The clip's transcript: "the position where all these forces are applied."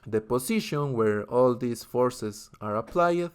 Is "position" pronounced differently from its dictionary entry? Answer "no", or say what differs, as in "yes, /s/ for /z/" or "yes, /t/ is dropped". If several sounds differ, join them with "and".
yes, /s/ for /z/